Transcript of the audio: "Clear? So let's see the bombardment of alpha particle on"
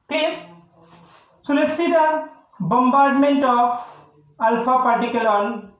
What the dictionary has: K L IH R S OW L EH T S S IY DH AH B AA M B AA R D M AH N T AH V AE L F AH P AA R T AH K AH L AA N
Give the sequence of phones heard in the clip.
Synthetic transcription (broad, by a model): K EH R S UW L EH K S S IY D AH B AA M B AA R D M AH N T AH P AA L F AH P AA R T AH K AH L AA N